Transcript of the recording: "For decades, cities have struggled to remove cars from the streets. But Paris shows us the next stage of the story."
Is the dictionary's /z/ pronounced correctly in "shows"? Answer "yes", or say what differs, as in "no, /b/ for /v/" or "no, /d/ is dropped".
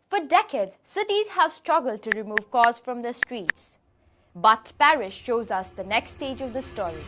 yes